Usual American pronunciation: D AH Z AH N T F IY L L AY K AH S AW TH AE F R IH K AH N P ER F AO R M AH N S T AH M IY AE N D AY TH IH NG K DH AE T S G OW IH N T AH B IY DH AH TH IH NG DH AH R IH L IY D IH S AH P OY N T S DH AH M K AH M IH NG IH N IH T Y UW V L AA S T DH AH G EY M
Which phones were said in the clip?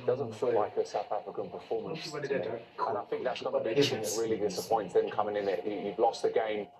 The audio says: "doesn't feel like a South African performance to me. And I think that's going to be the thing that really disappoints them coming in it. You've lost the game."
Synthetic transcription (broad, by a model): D AH Z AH N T F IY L L AY K AH S AW TH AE F R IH K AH N P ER F AO M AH N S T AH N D AY TH IH NG K DH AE T S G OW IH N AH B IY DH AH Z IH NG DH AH R IH L IY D IH S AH P OY N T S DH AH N K AH M IH NG IH N IH T Y UW V L AA S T DH AH G EY M